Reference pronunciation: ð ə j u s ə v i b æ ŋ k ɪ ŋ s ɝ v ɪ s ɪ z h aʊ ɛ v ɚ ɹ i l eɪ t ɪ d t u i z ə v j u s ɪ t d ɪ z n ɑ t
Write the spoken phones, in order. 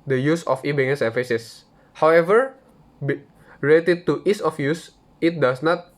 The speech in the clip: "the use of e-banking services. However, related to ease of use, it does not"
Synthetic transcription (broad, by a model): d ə j u s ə f i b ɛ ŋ ɪ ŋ s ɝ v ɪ s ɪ s h aʊ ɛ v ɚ ɹ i l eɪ t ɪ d t u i s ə f j u s ɪ t d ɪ s n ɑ t